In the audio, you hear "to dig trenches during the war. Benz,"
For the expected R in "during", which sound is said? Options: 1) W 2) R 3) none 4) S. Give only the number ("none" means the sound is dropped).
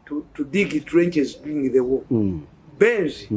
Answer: 3